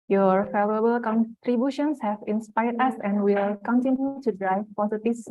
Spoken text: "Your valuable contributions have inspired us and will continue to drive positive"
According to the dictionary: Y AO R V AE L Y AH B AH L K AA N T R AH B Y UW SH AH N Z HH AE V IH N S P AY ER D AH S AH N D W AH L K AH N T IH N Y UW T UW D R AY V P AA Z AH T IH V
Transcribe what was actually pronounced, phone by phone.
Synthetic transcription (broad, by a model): Y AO R F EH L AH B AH L K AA N T R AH B Y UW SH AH N S HH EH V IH N S P AY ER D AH S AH N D W AH L K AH N T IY N Y UW T UW D R AY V P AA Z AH T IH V